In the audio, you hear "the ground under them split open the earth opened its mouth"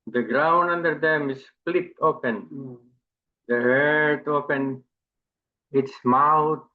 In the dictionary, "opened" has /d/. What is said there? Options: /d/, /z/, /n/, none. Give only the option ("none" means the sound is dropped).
none